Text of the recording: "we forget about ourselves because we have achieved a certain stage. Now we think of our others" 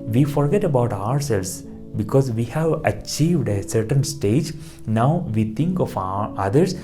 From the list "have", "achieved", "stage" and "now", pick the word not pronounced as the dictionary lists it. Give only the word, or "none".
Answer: none